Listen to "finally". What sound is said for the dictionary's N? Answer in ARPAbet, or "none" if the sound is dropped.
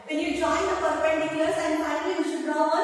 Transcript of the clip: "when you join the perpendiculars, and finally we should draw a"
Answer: none